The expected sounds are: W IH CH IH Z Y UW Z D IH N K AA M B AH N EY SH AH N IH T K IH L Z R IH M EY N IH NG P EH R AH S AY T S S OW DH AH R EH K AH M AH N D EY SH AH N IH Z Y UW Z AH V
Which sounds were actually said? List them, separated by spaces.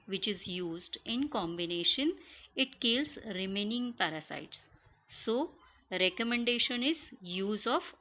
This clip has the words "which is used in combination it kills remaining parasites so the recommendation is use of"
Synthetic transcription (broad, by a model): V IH CH IH Z Y UW Z D IH N K AA M B AH N EY SH AH N IH T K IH L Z R IH M EY N IH NG P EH R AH S AY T S S OW R EH K AH M AH N D EY SH AH N IH Z Y UW Z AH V